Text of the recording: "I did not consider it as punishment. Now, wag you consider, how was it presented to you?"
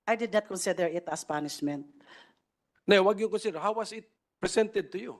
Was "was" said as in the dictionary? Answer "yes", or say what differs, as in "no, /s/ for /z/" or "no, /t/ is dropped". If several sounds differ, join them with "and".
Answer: no, /s/ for /z/